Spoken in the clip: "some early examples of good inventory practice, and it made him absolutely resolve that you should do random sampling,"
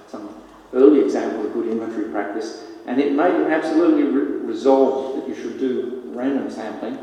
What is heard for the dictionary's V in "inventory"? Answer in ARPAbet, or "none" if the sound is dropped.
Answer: none